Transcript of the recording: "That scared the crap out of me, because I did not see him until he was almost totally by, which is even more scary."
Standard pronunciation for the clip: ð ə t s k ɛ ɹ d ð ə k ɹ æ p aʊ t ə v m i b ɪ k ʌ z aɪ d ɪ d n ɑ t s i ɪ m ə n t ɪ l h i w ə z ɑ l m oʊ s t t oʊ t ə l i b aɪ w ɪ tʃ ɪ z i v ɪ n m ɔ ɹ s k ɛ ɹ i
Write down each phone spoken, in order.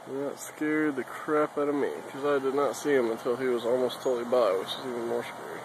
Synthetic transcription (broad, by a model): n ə t s k ɛ ɹ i ð ə k ɹ æ p aʊ t ə v m i k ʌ z aɪ d ɪ d n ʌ t s i ɪ m ə n t ɪ l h i w ə z ɑ l m oʊ s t t oʊ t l i b aɪ w ɪ tʃ ɪ z i v ɪ n m ɔ ɹ s k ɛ ɹ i